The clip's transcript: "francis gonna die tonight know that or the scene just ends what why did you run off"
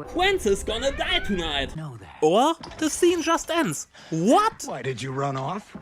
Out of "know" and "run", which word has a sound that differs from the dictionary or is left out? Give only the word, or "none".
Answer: none